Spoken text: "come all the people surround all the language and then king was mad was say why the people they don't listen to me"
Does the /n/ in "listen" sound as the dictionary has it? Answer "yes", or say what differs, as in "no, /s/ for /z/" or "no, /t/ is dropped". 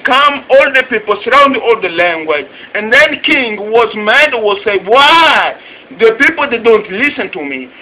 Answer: yes